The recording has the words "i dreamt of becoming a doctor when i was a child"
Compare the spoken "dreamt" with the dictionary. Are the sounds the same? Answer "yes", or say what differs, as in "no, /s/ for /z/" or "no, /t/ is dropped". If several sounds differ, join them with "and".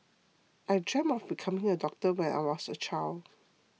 no, /t/ is dropped